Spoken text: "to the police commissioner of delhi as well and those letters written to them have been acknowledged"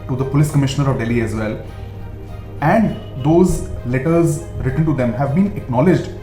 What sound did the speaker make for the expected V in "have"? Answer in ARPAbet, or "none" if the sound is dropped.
V